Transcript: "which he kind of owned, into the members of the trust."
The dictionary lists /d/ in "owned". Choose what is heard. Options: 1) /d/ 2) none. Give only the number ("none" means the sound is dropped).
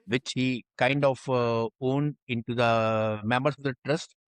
1